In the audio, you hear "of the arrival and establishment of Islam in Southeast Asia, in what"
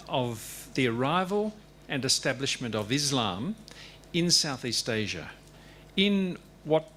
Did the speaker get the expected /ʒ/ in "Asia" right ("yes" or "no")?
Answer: yes